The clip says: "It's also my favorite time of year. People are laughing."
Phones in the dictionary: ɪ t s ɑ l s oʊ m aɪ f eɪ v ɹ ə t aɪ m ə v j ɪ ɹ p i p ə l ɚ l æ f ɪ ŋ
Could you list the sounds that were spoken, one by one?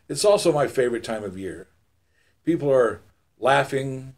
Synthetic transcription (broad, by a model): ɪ t s ɑ l s oʊ m aɪ f eɪ v ɹ ə t aɪ m ə v j ɪ ɹ p i p l ɚ l æ f ɪ ŋ